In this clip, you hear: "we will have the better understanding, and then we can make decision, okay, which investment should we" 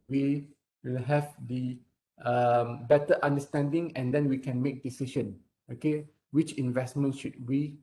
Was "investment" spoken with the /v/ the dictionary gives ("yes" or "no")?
yes